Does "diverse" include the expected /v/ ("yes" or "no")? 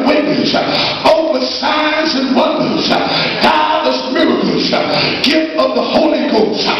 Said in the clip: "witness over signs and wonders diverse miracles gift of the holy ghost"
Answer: no